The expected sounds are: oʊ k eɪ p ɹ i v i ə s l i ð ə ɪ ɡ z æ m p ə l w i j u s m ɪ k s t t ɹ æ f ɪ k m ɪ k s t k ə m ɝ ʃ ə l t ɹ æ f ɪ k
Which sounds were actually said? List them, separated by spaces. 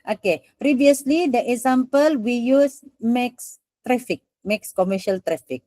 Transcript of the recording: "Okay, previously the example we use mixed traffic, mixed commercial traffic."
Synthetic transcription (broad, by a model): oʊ k eɪ p ɹ i v i ə s l i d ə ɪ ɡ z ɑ m p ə l w i j u s m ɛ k s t t ɹ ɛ f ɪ k m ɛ k s k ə m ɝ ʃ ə l t ɹ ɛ f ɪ k